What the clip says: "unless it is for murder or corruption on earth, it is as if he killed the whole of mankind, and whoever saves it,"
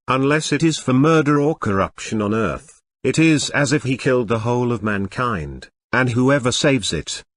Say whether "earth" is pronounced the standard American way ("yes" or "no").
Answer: yes